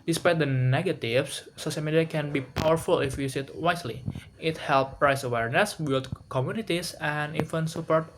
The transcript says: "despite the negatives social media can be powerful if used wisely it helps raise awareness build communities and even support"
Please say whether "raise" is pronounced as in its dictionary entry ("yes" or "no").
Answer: no